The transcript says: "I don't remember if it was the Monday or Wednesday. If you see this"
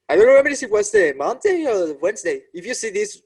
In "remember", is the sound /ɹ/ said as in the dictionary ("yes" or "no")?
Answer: no